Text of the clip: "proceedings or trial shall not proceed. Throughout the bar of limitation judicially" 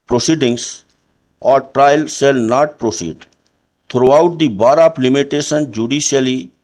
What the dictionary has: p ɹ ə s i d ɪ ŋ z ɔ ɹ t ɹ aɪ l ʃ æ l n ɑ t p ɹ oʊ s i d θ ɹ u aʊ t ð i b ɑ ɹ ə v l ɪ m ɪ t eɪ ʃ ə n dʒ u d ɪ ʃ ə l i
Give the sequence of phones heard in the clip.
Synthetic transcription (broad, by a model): p ɹ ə s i d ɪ ŋ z ɔ ɹ t ɹ aɪ l s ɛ l n ɑ t p ɹ oʊ s i d t ɹ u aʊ t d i b ɑ ɹ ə p l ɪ m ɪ t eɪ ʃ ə n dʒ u d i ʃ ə l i